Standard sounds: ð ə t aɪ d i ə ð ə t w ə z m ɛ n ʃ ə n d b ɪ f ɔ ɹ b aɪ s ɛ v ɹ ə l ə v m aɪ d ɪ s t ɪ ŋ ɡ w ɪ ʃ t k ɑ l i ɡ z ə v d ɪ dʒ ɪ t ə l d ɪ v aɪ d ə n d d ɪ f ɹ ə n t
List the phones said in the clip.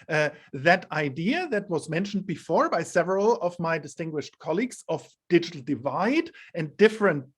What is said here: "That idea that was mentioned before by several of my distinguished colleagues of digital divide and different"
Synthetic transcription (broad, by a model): ð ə t aɪ d i ə ð ə t w ə z m ɛ n ʃ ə n d b ɪ f ɔ ɹ b aɪ s ɛ v ɹ ə l ə v m aɪ d ɪ s t ɪ ŋ ɡ w ɪ ʃ t k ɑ l i ɡ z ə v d ɪ dʒ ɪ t l d ɪ v aɪ d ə n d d ɪ f ɹ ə n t